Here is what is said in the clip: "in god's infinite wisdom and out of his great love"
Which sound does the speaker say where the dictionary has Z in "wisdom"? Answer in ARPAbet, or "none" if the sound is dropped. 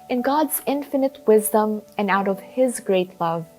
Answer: Z